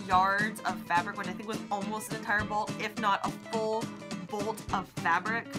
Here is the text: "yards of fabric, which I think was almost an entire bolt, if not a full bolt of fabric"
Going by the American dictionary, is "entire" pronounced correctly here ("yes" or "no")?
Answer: no